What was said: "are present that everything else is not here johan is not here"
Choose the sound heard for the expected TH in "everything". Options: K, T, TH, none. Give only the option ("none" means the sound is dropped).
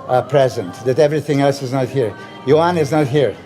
TH